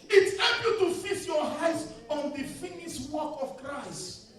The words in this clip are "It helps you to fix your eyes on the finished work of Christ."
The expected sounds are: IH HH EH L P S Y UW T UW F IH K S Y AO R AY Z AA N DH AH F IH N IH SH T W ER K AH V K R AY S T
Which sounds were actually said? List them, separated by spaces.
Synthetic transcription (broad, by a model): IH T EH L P Y UW T UW F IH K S Y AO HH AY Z AA N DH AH F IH N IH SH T W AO K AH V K R AY S T